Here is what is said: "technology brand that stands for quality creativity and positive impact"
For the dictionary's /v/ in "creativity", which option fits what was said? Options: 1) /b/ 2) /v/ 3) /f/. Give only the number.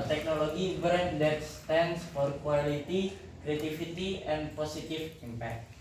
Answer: 3